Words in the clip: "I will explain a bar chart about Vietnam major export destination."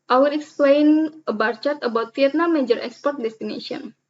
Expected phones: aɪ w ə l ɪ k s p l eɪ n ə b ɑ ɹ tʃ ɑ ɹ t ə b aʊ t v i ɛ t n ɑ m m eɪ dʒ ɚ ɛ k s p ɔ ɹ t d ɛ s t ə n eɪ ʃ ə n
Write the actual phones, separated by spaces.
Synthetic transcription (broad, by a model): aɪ w ə l ɪ k s p l eɪ n ə b ɑ ɹ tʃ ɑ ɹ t ə b aʊ t f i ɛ t n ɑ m m eɪ dʒ ɚ ɛ k s p ɔ ɹ t d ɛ s t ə n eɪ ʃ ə n